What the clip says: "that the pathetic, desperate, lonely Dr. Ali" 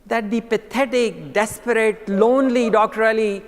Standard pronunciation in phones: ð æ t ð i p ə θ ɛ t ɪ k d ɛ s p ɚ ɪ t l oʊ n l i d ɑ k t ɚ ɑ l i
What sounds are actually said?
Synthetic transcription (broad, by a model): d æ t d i p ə t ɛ t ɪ k d ɛ s p ɚ ɪ t l oʊ n l i d ɑ k t ɚ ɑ l i